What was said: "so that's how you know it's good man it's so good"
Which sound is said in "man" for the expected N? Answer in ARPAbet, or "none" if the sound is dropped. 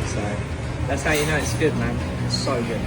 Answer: none